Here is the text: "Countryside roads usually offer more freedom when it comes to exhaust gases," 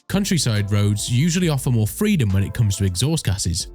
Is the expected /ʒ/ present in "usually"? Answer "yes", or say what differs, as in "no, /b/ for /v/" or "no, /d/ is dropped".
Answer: yes